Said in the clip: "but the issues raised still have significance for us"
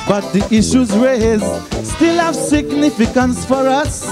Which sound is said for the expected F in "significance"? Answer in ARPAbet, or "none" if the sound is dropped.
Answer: F